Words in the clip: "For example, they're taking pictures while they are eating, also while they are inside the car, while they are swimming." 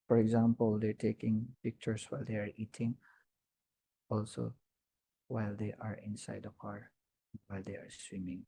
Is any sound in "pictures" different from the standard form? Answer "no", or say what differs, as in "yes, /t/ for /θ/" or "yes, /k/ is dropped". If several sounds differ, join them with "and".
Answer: yes, /s/ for /z/